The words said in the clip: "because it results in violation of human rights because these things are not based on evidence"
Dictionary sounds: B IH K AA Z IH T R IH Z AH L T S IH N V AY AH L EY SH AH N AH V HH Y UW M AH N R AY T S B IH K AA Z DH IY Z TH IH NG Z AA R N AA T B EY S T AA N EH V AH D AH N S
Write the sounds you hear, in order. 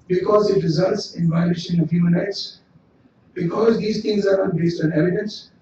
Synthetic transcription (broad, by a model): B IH K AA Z IH T R IH Z AH L T S IH N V AY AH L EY SH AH N AH V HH Y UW M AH N R AY T S B IH K AA Z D IY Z T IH NG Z AA R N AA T B EY S T AA N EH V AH D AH N S